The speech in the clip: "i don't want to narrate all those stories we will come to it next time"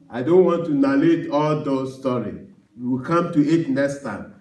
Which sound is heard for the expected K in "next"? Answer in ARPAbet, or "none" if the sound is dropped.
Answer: none